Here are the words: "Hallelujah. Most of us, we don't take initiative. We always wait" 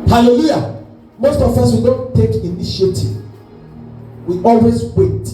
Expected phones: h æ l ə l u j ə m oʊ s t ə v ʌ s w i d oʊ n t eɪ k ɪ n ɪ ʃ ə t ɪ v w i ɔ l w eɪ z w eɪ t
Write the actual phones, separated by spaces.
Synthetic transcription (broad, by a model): h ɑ l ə l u j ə m oʊ s t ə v ʌ s w i d oʊ n t eɪ k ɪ n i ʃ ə t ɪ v w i ɔ l w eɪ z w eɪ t